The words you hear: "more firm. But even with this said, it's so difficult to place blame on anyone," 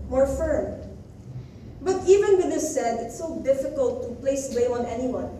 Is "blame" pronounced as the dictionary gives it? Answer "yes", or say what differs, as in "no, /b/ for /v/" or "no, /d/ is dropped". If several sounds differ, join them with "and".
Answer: no, /m/ is dropped